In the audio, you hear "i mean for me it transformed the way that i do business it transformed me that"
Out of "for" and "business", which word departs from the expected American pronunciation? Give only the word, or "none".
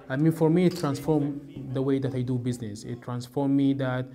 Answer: none